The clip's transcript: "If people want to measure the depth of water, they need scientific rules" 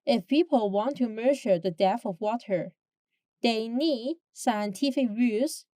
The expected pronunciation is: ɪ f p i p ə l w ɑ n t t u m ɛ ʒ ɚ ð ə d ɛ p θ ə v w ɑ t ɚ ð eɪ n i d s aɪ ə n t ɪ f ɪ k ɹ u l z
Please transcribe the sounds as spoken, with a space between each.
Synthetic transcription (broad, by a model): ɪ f p i p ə l w ɑ n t t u m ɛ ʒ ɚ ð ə d ɛ θ ə v w ɑ t ɚ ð eɪ n i d s aɪ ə n t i f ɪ k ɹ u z